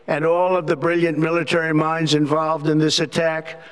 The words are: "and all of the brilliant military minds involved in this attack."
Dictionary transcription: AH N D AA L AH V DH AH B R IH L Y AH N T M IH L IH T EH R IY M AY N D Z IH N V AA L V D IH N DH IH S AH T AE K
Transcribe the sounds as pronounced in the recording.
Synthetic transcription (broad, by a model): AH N AA L AH V DH AH B R IH L Y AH N M IH L IH T EH R IY M AY N D Z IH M V AA L V D IH N DH IH S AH T AE K